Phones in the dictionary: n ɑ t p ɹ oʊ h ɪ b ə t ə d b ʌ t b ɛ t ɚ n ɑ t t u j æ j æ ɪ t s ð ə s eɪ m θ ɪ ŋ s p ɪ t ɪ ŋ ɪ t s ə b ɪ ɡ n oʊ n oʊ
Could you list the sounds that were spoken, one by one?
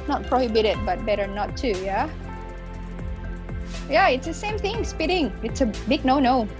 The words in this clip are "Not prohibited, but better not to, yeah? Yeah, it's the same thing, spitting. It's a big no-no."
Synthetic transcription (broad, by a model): n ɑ t p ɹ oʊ h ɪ b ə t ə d b ʌ t b ɛ t ɚ n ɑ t t u j æ j æ ɪ t s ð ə s eɪ m θ ɪ ŋ s p ɪ t ɪ ŋ ɪ t s ə b ɪ ɡ n oʊ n oʊ